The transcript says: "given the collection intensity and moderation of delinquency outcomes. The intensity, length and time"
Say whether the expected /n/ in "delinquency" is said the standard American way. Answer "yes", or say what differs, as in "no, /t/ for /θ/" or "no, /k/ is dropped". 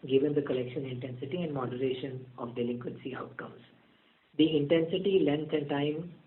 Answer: yes